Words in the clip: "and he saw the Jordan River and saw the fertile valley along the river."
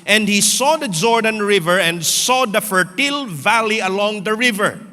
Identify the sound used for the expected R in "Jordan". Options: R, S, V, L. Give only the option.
R